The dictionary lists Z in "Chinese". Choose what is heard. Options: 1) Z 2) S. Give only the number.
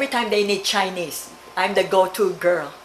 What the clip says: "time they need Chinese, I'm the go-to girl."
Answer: 2